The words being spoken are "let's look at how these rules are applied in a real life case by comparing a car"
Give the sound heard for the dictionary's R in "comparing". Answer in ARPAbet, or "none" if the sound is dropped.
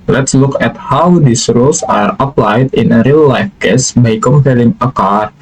L